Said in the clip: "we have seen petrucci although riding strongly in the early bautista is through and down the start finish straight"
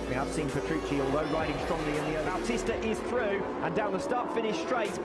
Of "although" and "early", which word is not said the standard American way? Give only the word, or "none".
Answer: early